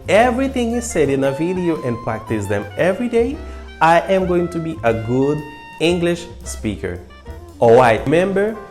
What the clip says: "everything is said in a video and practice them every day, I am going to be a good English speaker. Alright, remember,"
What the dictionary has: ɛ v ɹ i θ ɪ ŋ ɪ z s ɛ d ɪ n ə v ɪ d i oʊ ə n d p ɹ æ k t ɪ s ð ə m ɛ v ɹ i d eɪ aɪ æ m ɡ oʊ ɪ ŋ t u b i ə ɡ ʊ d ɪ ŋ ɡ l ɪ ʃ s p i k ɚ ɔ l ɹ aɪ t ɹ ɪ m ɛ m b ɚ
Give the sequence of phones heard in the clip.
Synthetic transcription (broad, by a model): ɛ v ɹ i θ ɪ ŋ ɪ z s ɛ d ɪ n ə v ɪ d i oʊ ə n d p ɹ æ k t ɪ s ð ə m ɛ v ɹ i d eɪ aɪ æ m ɡ oʊ ɪ ŋ t u b i ə ɡ ʊ d ɪ ŋ ɡ l ɪ ʃ s p i k ɚ ɔ l ɹ aɪ t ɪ m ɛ m b ɚ